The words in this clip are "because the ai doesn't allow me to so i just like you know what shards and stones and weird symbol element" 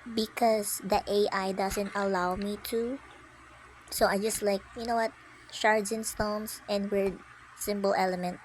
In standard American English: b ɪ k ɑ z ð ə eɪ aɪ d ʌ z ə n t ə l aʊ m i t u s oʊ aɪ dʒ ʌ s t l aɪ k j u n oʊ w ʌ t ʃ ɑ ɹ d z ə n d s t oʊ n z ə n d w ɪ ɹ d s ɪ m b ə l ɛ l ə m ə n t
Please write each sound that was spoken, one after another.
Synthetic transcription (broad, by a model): b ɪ k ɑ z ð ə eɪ aɪ d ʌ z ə n t ə l aʊ m i t u s oʊ aɪ dʒ ʌ s t l aɪ k j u n oʊ w ʌ t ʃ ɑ ɹ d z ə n s t oʊ n s ə n d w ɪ ɹ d s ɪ m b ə l ɛ l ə m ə n t